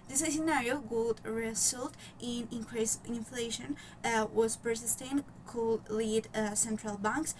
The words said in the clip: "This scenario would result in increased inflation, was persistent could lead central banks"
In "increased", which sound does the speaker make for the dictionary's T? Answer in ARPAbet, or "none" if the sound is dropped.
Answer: none